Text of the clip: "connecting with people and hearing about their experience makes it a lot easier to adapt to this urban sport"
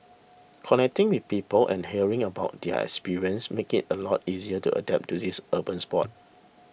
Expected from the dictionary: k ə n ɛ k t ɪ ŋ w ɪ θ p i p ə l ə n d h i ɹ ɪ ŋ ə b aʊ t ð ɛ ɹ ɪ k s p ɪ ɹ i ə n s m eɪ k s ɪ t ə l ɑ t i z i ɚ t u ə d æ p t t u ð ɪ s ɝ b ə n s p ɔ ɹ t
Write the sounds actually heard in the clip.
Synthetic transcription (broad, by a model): k ə n ɛ k t ɪ ŋ w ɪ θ p i p ə l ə n h i ɹ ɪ ŋ ə b aʊ t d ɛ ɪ k s p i ɹ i ə n s m eɪ k ɪ t ə l ɑ t i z i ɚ t u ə d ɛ p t t u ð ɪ s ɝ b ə n s p ɔ t